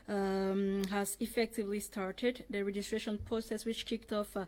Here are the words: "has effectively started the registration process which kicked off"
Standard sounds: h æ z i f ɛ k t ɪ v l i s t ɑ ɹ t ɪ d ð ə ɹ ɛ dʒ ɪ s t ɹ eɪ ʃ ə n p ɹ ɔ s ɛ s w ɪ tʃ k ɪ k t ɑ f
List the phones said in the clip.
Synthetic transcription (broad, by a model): h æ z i f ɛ k t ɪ v l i s t ɑ ɹ t ɪ d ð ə ɹ ɛ dʒ ɪ s t ɹ eɪ ʃ ə n p ɹ ɔ s ɛ s w ɪ tʃ k ɪ k t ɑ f